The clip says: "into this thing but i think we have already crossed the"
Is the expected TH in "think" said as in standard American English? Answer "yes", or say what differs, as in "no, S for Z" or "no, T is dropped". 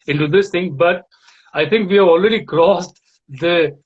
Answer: no, T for TH